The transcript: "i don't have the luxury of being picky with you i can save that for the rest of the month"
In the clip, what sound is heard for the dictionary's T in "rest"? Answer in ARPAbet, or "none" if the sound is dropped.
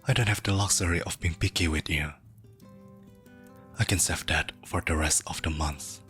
T